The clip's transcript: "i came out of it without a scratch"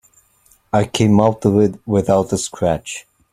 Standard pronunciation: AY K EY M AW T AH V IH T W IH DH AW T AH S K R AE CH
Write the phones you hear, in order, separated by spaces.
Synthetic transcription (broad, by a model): AY K EY M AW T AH W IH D W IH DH AW T AH S K R AE CH